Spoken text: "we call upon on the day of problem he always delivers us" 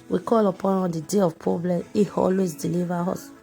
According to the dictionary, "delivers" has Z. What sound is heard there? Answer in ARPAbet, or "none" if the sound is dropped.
none